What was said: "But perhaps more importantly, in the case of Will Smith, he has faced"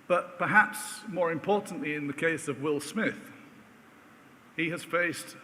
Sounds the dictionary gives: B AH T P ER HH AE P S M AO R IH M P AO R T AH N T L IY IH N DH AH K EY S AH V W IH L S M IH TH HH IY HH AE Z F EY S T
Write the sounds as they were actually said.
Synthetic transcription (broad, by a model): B AH T P ER HH AE P S M AO R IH M P AO R T N T L IY IH N DH AH K EY S AH V W IH L S M IH TH HH IY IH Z F EY S T